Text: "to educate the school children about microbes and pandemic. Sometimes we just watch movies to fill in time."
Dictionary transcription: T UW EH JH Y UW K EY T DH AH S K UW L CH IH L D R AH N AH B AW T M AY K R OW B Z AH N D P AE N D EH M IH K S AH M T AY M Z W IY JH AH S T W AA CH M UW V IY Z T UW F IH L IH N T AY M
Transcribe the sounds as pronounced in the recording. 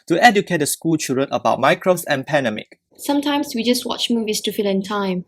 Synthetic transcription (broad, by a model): T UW EH JH Y UW K EY T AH S K UW L CH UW D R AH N AH B AW T M AY K R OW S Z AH N P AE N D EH M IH K S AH M T AY M S W IY JH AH S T W AA CH M UW V IY S T UW F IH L IH N T AY M